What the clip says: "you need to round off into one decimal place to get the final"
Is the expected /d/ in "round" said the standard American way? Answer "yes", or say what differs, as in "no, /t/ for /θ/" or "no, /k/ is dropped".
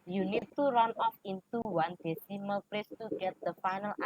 no, /d/ is dropped